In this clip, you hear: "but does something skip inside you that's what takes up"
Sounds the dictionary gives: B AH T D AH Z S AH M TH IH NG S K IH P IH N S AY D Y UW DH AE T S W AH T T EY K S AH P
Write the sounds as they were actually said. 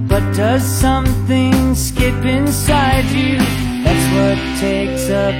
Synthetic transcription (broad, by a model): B AH T D AH Z S AH M TH IH NG S K IH P IH N S AY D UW DH AE T S W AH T T EY K S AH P